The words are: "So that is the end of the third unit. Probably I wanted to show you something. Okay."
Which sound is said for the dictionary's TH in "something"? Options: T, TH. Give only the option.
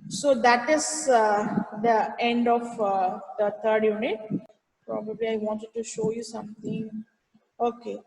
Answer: T